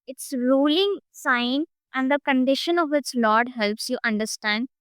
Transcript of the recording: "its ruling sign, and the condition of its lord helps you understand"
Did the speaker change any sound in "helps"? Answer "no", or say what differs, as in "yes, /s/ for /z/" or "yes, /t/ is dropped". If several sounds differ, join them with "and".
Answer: no